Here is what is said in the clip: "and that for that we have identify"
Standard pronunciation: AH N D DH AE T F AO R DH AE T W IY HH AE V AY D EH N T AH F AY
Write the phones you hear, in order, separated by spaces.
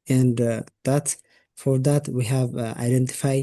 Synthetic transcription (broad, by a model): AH N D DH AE T F AO R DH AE T W IY HH AE V AY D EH N T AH F AY